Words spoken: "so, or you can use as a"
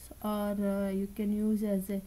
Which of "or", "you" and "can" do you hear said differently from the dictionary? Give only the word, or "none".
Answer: none